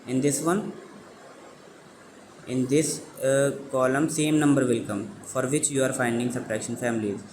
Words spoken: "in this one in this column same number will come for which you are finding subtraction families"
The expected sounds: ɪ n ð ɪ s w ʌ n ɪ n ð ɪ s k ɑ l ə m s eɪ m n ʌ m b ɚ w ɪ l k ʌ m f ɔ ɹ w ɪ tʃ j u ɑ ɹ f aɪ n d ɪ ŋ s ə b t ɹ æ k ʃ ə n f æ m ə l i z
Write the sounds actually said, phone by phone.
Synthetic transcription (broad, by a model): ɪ n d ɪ s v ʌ n ɪ n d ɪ s k ɑ l ə m s eɪ m n ʌ m b ɚ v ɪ l k ʌ m f ɔ ɹ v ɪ tʃ j u ɑ ɹ f aɪ n d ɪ ŋ s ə t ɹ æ k ʃ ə n f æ m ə l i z